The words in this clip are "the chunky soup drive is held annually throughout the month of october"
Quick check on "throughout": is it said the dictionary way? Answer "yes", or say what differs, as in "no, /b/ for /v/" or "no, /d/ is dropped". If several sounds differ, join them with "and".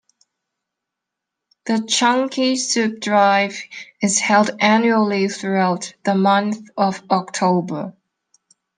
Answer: yes